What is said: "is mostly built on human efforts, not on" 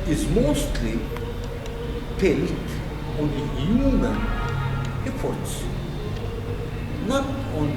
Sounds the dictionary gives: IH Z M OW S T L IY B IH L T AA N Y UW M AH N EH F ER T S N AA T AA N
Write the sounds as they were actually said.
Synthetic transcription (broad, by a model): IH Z M OW S T L IY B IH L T AA N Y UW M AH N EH P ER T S N AA T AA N